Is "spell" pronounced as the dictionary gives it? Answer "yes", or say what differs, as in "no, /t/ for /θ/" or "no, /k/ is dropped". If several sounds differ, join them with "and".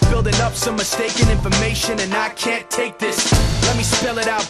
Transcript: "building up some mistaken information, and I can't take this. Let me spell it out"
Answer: yes